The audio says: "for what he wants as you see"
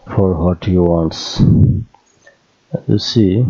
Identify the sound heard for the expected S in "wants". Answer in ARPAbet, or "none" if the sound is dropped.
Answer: S